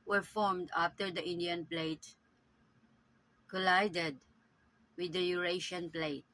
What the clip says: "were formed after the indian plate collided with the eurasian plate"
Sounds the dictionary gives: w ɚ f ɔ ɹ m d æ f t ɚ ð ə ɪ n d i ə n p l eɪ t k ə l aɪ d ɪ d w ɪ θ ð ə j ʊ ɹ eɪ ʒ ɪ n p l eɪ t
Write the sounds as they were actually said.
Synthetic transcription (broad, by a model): w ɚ f ɔ ɹ m d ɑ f t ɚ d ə ɪ n d i ə n p l eɪ t k ə l aɪ d ɪ d w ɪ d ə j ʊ ɹ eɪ ʃ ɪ n p l eɪ t